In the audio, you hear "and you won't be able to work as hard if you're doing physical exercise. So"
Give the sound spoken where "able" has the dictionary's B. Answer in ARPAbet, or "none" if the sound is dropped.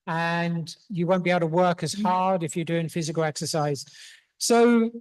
none